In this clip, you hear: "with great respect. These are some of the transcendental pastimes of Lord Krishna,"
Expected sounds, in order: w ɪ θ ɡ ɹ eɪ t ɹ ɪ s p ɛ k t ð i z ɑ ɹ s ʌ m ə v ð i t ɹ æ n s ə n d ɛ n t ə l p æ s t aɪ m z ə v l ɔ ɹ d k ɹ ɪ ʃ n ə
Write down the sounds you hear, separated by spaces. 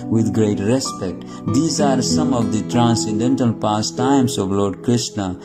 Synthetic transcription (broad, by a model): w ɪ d ɡ ɹ eɪ t ɹ ɪ s p ɛ k t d i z ɑ ɹ s ʌ m ə v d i t ɹ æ n s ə n d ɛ n t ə l p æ s t aɪ m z ə v l ɔ ɹ d k ɹ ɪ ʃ n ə